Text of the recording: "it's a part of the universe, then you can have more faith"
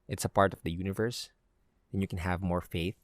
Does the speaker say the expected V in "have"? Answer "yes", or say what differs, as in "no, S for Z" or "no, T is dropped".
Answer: yes